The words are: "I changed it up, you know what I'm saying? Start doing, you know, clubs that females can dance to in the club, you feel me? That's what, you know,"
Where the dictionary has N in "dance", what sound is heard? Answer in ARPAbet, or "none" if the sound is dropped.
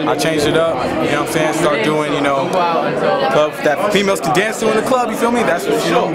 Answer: N